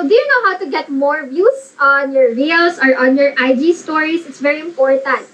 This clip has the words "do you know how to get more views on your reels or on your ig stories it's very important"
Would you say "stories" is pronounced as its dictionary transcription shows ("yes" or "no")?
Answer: no